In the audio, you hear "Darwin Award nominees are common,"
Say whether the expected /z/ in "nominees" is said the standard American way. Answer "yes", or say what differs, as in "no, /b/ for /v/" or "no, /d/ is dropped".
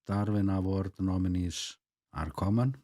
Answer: no, /s/ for /z/